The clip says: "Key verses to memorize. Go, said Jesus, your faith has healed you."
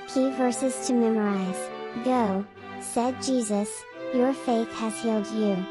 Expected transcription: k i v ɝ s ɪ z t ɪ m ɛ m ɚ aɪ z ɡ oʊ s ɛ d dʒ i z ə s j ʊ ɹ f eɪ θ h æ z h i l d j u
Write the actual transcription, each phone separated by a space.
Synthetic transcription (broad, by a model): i v ɝ s ɪ z t ɪ m ɛ m ɚ aɪ z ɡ oʊ s ɛ d dʒ i z ə s j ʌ ɹ f eɪ θ h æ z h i l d j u